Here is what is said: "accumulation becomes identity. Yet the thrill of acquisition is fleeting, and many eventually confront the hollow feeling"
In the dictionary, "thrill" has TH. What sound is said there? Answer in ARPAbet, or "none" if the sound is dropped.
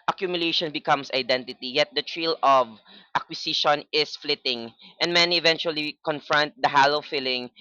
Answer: T